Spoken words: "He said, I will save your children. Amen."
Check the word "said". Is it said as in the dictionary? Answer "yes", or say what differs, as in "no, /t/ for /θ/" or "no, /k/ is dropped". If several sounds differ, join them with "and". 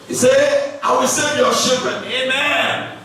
no, /d/ is dropped